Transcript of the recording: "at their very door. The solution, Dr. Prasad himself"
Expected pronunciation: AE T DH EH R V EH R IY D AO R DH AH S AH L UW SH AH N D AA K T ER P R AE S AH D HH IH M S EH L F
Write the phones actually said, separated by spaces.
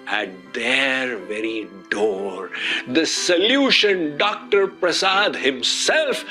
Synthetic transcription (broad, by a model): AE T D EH R V EH R IY D AO R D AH S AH L UW SH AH N D AA K T ER P R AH S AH D HH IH M S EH L F